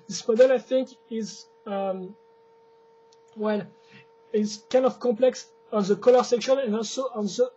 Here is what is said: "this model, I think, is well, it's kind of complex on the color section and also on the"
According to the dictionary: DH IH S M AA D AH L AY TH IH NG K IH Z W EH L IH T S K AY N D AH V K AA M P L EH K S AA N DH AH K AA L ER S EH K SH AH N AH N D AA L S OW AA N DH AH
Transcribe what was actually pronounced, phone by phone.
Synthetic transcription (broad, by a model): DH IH S M AA D AH L AY TH IH NG K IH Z W EH L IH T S K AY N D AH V K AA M P L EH K S AA N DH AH K AA L ER S EH K SH AH N AH N D AA L S OW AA N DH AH